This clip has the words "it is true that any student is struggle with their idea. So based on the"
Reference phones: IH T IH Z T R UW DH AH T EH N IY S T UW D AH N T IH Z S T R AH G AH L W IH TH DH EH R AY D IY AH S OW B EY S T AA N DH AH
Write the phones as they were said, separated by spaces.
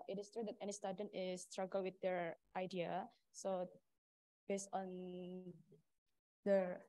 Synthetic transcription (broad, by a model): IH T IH S T R UW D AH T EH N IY S T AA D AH N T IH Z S T R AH G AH L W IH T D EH R AY D IY AH S OW B EY S T AA N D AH